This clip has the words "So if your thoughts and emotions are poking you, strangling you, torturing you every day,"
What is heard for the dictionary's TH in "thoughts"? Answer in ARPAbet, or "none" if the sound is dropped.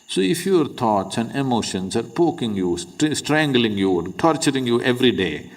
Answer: T